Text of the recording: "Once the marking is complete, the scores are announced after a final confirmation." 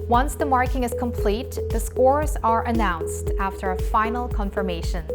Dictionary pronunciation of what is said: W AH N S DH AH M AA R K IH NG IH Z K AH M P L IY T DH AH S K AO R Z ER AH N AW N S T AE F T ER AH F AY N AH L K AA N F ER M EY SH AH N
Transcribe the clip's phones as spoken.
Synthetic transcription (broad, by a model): W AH N S DH AH M AA R K IH NG IH Z K AH M P L IY T DH AH S K AO R Z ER AH N AW N S T AE F T ER AH F AY N L K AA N F ER M EY SH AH N